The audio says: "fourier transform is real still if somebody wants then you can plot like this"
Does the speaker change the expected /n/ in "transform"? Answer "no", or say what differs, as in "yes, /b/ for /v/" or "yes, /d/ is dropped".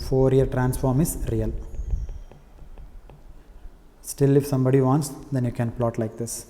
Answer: no